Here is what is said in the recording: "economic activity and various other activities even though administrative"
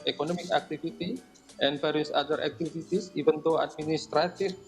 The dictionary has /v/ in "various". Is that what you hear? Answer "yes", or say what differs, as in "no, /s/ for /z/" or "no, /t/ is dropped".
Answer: no, /p/ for /v/